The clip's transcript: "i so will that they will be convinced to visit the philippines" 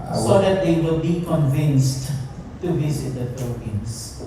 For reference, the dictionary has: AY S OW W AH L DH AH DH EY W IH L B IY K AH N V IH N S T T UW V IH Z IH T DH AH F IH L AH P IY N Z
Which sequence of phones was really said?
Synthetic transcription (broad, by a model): S OW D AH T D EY W IH L B IY K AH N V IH N S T T UW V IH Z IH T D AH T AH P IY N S